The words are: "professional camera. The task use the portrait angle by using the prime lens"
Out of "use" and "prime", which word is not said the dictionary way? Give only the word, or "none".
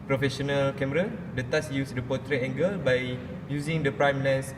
none